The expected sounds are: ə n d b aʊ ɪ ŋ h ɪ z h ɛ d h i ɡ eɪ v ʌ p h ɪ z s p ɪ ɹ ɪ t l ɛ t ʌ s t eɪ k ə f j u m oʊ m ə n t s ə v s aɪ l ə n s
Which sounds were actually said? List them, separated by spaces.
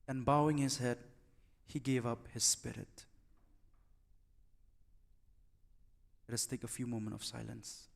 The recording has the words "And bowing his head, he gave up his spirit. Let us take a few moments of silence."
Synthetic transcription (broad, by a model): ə n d b aʊ ɪ ŋ h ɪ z h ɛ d h i ɡ eɪ v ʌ p h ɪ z s p ɪ ɹ ɪ t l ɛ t ʌ s t eɪ k ə f j u m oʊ m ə n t ə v s aɪ l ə n s